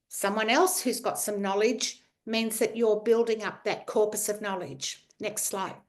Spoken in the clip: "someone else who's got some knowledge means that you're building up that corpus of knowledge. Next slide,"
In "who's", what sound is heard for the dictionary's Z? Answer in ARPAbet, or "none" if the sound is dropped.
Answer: Z